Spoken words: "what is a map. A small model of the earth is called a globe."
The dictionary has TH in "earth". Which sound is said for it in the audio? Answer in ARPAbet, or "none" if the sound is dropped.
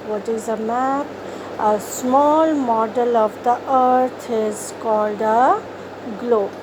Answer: T